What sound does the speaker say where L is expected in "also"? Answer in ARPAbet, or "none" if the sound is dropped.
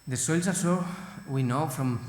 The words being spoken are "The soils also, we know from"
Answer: none